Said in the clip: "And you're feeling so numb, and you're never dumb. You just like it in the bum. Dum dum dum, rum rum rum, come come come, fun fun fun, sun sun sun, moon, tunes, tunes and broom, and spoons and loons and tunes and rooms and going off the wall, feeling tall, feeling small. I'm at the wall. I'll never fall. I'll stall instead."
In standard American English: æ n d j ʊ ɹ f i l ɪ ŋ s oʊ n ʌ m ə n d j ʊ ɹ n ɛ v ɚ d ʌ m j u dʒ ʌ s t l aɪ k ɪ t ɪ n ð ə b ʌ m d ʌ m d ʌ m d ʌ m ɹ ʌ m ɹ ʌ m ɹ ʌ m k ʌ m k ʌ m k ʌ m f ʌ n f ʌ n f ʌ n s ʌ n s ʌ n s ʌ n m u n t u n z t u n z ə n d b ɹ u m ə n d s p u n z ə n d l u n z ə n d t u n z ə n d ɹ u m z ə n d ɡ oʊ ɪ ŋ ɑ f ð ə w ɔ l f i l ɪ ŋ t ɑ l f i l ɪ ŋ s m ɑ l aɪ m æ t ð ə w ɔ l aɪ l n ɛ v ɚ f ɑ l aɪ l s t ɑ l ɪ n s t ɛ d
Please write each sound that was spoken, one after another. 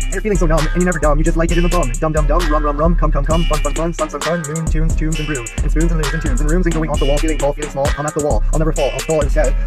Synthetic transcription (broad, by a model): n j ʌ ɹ f i l ɪ ŋ s oʊ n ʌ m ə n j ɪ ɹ n ɛ v ɚ d ʌ m j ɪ dʒ ʌ s t l aɪ k ɪ t ɪ n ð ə b ʌ m d ʌ m d ʌ m d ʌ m ɹ ʌ m ɹ ʌ m ɹ ʌ m k ʌ m k ʌ m k ʌ m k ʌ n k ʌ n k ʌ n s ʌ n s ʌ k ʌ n m u n t u n z t u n z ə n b ɹ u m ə n s p u n z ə n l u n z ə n t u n z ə n ɹ u m z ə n ɡ oʊ ɪ ŋ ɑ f ð ə w ɔ l f i l ɪ ŋ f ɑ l f i l ɪ ŋ s m ɑ l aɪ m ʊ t ð ə w ɔ l aɪ l n ɛ v ɚ f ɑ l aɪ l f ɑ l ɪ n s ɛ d